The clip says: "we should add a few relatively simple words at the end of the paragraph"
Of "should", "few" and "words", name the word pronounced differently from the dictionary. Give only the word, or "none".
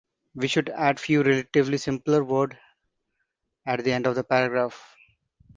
words